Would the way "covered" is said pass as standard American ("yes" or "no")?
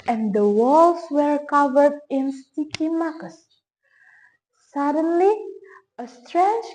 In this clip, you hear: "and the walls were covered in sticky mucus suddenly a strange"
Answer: yes